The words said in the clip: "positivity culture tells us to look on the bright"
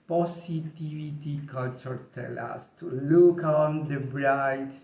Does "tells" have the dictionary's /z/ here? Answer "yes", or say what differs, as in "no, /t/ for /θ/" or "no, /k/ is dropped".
no, /z/ is dropped